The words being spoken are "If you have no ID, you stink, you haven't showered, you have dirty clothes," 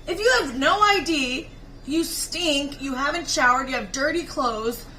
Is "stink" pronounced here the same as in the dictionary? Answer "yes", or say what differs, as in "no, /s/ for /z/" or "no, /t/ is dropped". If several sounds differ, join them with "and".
yes